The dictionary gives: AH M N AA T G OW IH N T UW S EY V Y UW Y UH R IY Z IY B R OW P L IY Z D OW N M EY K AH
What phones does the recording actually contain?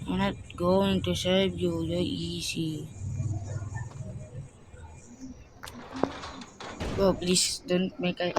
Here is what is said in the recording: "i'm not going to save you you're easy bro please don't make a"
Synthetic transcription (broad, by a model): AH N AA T G OW IH N T UW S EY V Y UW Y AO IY S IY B OW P L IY S D OW N M EY K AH